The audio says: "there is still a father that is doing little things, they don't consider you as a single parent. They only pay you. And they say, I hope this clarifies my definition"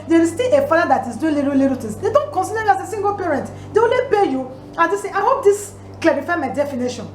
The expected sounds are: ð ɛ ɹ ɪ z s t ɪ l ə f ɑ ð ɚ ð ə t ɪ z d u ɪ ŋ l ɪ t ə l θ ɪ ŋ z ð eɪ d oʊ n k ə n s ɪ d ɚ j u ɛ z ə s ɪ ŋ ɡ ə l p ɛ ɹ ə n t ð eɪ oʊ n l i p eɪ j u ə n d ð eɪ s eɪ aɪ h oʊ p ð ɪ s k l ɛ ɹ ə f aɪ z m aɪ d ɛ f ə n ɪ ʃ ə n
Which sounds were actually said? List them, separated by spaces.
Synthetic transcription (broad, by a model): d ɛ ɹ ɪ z s t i l ə f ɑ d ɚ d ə t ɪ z d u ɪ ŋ l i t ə l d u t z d eɪ d oʊ n k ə n s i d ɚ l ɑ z ə s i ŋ ɡ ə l p ɛ ɹ ə n t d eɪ oʊ n l i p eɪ j u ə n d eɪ s eɪ aɪ h oʊ p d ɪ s k l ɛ ɹ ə f aɪ m aɪ d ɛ f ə n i ʃ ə n